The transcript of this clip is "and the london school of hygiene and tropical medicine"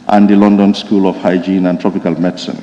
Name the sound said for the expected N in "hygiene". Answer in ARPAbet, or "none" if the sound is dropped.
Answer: N